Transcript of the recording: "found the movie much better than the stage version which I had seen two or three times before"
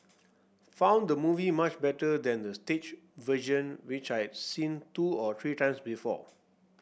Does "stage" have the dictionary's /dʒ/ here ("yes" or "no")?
no